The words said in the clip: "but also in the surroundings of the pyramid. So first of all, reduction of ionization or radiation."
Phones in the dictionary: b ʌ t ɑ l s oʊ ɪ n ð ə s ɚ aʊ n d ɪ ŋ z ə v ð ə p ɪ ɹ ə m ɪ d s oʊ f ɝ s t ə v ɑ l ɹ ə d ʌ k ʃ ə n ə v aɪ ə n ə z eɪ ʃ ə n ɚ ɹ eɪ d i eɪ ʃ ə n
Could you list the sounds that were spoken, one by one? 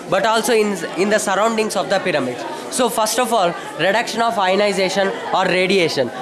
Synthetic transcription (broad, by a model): b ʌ t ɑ l s oʊ ɪ n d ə s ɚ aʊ n d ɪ ŋ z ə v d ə p ɪ ɹ ə m ɪ d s oʊ f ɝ s t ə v ɑ l ɹ ə d ʌ k ʃ ə n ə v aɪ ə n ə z eɪ ʃ ə n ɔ ɹ eɪ d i eɪ ʃ ə n